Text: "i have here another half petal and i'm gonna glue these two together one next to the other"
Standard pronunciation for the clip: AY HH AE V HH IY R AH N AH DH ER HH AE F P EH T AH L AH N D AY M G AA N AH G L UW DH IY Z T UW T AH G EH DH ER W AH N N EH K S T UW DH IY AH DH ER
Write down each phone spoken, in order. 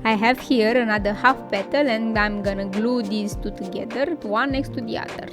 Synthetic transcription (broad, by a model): AY HH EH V HH IY R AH N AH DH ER HH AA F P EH T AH L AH N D AY M G AA N AH G L UW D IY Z T UW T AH G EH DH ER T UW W N EH K S T UW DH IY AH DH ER